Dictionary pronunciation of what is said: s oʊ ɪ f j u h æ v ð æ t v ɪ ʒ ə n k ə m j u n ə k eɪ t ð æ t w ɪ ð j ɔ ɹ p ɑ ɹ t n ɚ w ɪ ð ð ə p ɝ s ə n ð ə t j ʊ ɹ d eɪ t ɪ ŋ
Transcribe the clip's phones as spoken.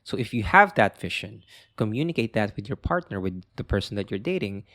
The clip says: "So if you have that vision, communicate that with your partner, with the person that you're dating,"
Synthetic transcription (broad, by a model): s oʊ ɪ f j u h æ v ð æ t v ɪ ʃ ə n k ə m j u n ə k eɪ t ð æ t w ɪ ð j ɔ ɹ p ɑ ɹ t n ɚ w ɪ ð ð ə p ɝ s ə n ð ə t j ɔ ɹ d eɪ t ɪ ŋ